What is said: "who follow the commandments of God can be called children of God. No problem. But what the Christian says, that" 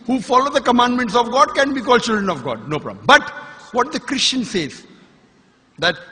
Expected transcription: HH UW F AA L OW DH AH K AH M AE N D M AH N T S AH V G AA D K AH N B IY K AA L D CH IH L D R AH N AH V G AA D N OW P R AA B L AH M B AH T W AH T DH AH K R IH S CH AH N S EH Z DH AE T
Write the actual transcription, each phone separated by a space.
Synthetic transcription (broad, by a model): HH UW F AA L OW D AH K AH M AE N D M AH N T S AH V G AA D K AH N B IY K AA L D CH IH L D R AH N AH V G AA D N OW P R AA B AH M B AH T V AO T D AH K R IH S CH AH N S EH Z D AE T